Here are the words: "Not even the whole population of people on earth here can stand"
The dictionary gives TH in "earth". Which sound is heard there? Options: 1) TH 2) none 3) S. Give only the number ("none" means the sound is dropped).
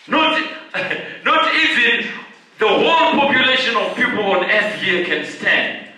3